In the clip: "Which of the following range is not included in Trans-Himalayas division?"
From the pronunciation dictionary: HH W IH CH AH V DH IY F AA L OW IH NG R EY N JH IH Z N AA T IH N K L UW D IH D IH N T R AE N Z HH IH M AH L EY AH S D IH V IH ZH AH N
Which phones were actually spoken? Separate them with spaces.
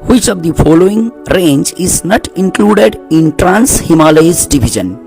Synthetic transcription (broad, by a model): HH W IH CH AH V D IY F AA L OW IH NG R EY N JH IH Z N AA T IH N K L UW D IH D IH N T R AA N S HH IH M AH L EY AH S D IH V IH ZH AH N